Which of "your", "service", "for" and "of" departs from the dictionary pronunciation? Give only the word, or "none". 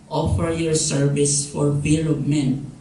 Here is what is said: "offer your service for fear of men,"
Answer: of